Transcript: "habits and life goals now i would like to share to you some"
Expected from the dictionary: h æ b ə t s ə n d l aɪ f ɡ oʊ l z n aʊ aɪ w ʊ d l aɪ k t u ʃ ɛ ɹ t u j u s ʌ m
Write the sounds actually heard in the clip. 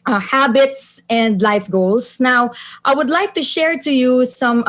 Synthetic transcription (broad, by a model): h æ b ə t s ə n d l aɪ f ɡ oʊ l s n aʊ aɪ w ʊ d l aɪ k t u ʃ ɛ ɹ t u j u s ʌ m